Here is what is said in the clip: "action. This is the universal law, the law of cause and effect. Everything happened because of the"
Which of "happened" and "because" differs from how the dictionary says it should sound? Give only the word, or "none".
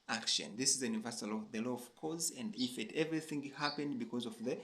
none